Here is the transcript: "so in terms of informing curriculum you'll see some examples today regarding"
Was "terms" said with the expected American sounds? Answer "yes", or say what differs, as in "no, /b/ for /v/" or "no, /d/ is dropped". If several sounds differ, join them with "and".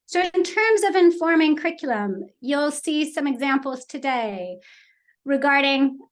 yes